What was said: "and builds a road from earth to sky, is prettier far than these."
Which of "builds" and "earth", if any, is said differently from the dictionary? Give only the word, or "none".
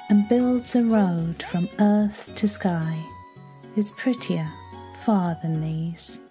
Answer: none